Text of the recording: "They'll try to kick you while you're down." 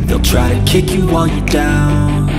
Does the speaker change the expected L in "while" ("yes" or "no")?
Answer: yes